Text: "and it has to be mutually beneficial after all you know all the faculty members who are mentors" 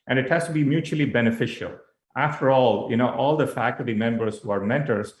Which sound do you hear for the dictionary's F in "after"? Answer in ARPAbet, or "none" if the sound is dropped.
F